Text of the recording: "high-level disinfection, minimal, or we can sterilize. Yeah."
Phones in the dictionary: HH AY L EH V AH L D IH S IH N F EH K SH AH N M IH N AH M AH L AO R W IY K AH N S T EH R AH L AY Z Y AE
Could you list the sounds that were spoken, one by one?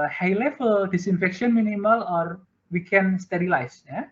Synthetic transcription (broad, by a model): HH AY L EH F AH D IH S IH N F EH K SH AH N M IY N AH M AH L AO R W IY K AH N S T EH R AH L AY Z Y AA